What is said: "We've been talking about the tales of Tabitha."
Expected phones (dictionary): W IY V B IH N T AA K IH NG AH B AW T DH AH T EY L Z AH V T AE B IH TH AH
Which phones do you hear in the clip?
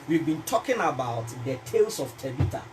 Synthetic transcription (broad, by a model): W IY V B IH N T AA K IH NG AH B AW T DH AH T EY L S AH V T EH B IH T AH